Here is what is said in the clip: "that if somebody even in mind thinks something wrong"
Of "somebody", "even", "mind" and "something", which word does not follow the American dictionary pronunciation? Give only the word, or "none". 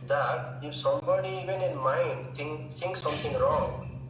something